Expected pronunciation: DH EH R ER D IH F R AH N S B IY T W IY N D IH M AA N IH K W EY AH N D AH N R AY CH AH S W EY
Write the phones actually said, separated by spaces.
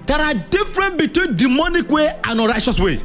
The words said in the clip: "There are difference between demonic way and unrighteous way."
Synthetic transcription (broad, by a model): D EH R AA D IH F R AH N B IY T W IY N D IH M AA N IH K W EY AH N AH R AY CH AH S W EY